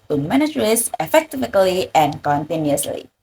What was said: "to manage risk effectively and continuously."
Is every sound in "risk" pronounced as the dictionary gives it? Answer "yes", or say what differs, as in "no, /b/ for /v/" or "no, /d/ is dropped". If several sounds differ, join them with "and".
no, /k/ is dropped